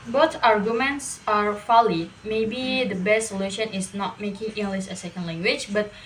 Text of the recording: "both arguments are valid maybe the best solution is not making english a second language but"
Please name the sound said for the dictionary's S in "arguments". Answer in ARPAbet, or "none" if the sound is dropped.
S